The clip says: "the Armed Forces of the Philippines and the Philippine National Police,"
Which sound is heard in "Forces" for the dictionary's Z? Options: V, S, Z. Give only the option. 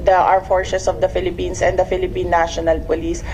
S